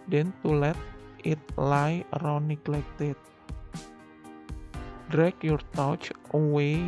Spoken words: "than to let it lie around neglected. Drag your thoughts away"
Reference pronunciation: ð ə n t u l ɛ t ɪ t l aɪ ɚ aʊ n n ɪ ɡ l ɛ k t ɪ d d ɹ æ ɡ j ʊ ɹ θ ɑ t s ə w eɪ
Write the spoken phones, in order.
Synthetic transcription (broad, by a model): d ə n t u l ɛ t ɪ t l aɪ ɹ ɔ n n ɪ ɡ l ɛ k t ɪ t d ɹ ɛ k j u ɹ t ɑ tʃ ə w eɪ